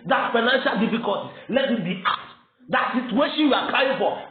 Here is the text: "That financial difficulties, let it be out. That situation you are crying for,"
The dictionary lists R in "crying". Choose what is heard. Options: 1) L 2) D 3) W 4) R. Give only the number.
1